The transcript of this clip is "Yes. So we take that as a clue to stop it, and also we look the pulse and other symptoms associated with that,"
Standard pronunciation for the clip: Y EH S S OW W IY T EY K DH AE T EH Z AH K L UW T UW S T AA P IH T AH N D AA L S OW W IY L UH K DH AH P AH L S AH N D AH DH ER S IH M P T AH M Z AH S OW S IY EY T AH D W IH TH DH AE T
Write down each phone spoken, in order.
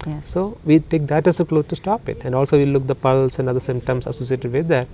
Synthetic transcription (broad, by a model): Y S S OW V IY T EY K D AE T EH S AH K L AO T UW S T AA P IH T AH N D AA L S OW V IY L UH K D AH P AH L S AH N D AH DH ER S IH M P T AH M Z AH S OW S IY EY T AH D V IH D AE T